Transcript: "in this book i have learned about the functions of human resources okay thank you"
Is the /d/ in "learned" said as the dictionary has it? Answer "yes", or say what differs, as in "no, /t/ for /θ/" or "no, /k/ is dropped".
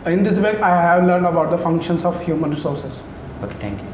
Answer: yes